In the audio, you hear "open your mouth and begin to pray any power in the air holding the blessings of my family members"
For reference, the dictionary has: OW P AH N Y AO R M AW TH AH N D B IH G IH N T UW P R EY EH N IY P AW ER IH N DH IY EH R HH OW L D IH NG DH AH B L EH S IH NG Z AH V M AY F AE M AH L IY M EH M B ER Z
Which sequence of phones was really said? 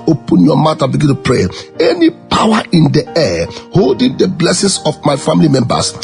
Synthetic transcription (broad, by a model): OW P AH N Y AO M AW T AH B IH G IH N T UW P R EY EH N IY P AW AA IH N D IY EH HH OW L D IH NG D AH B L EH S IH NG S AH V M AY F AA M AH L IY M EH M B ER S